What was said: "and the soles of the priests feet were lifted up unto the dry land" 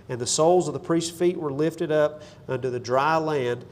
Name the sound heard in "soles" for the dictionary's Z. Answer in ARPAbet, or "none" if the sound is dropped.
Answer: Z